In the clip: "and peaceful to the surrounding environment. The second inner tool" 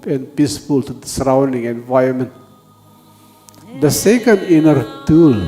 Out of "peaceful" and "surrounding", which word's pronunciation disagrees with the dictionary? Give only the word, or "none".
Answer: none